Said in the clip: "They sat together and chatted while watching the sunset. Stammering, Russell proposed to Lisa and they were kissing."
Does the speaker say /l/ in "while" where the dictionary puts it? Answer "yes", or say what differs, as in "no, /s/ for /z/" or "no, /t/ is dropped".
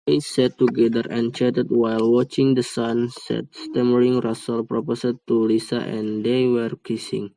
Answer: yes